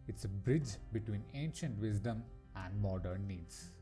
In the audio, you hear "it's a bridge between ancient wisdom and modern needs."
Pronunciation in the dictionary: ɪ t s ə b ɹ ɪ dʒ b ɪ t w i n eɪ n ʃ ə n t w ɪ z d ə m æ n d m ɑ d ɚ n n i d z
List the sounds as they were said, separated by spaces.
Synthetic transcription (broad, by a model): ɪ t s ə b ɹ ɪ dʒ b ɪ t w i n eɪ n ʃ ə n t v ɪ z d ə m æ n d m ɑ d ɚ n n i d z